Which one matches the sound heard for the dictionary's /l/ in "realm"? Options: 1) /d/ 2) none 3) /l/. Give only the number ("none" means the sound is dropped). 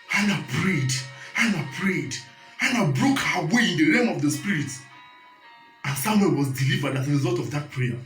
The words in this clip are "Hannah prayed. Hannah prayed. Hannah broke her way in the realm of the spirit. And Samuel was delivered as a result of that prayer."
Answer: 2